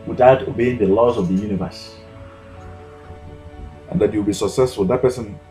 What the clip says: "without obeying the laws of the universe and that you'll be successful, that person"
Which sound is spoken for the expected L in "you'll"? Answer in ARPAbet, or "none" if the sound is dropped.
W